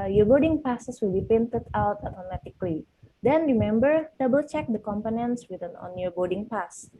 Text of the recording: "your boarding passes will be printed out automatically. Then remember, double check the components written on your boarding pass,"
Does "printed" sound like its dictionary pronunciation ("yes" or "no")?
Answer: no